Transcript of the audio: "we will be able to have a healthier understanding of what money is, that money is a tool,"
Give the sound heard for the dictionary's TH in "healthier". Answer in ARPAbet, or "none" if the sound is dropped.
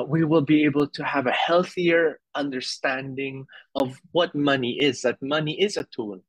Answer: TH